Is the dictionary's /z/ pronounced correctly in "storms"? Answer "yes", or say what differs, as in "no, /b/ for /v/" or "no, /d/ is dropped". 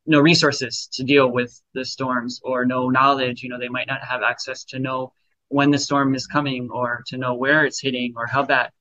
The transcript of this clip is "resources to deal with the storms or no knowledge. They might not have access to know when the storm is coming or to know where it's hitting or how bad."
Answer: yes